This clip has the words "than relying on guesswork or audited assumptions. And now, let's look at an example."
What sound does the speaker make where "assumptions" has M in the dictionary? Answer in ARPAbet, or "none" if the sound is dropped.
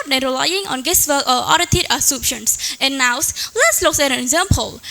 none